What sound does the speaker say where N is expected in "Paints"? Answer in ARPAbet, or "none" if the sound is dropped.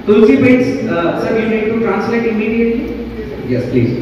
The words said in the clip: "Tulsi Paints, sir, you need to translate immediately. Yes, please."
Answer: none